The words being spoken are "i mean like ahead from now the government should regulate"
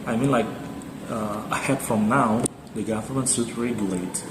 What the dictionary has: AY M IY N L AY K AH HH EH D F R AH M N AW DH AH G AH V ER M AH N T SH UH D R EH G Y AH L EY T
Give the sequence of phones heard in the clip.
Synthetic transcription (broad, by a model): AY M IY N L AY K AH HH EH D F R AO M N AW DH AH G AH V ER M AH N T S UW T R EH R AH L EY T